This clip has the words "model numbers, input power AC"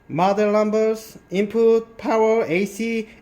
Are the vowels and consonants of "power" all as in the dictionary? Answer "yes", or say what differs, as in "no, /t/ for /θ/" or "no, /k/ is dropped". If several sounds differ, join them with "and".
yes